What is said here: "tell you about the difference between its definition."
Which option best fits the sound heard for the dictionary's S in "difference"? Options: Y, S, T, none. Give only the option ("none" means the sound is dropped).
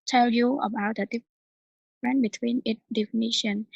none